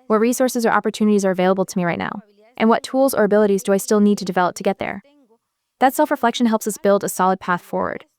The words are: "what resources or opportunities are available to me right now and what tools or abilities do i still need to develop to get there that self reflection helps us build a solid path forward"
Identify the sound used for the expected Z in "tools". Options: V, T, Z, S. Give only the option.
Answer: Z